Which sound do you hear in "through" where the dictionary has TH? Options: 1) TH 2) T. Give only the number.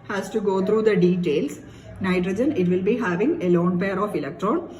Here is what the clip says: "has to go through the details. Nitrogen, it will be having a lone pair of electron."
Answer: 2